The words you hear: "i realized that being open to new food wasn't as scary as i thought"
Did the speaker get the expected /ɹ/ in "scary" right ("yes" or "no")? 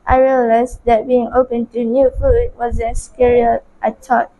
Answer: yes